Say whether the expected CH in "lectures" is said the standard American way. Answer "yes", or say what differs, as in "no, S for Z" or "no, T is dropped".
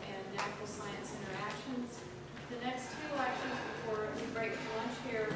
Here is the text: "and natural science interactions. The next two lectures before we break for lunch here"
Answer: no, SH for CH